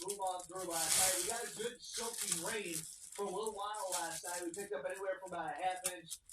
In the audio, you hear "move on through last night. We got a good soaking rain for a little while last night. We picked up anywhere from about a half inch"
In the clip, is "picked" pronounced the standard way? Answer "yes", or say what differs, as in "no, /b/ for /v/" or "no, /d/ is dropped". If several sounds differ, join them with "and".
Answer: no, /t/ is dropped